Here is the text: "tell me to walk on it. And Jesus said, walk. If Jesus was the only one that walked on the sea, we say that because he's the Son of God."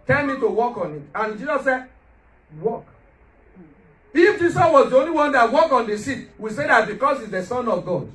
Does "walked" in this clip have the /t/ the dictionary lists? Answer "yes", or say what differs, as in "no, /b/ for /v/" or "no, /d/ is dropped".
no, /t/ is dropped